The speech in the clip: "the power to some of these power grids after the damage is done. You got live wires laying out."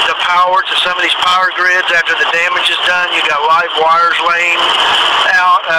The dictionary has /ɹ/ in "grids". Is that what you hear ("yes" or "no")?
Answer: yes